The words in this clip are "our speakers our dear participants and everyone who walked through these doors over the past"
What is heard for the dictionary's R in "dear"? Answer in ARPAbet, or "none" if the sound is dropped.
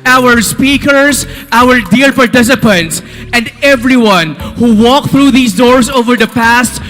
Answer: L